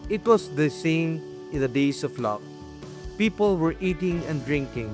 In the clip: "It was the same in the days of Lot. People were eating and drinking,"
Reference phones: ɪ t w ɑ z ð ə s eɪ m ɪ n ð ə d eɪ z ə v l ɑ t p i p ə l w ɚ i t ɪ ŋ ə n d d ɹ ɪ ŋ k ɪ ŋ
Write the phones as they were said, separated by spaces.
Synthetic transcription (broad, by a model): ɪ t w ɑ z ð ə s eɪ m ɪ n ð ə d eɪ s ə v l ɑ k p i p ə l w ɚ i t ɪ ŋ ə n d d ɹ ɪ ŋ k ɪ ŋ